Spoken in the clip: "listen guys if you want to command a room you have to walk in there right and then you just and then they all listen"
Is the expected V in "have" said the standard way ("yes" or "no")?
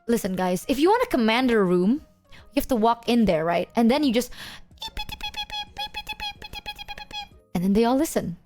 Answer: no